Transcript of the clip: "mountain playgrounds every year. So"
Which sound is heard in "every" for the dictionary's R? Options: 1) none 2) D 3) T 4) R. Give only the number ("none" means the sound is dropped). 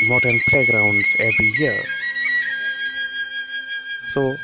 4